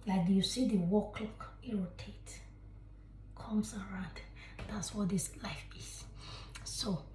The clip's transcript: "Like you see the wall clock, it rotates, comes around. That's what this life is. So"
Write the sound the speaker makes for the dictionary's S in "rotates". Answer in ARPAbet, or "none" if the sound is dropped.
none